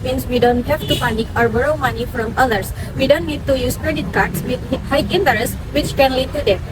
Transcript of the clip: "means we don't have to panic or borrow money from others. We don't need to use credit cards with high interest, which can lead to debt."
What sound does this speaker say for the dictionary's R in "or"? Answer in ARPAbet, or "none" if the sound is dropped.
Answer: R